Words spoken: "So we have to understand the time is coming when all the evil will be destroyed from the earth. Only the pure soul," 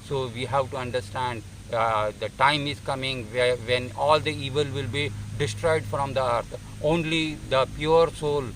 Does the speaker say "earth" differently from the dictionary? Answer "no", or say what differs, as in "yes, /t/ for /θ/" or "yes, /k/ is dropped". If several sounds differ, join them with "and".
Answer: yes, /t/ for /θ/